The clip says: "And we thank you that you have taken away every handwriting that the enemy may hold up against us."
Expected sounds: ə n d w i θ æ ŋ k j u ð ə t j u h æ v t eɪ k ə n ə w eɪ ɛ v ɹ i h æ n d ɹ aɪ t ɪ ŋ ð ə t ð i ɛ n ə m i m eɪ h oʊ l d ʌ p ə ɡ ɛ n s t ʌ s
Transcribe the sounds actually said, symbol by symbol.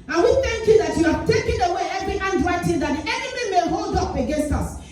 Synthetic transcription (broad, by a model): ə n w i θ æ ŋ k j u ð ə t j u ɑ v t eɪ k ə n ə w eɪ ɛ v ɹ i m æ n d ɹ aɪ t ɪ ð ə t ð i ɛ n ə m i m eɪ h oʊ l d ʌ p ə ɡ ɛ n s t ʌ s